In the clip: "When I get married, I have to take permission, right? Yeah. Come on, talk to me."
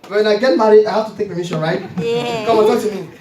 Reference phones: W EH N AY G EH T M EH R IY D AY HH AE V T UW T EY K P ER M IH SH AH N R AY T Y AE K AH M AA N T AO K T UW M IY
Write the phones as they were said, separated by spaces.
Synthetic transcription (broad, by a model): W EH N AY G EH T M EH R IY AY HH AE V T UW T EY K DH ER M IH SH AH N R AY T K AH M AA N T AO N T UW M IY